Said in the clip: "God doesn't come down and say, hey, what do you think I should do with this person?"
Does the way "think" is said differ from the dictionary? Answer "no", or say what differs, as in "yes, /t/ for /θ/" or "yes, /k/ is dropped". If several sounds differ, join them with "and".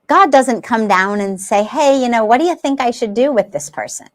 no